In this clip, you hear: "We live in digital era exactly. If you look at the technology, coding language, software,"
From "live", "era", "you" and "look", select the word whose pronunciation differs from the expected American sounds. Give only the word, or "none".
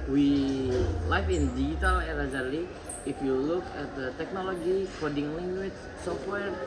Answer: live